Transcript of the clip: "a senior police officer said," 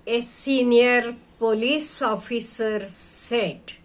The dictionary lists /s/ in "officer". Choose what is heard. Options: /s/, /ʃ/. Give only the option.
/s/